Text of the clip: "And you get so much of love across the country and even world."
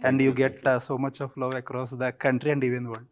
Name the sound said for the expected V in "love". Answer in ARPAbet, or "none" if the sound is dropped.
none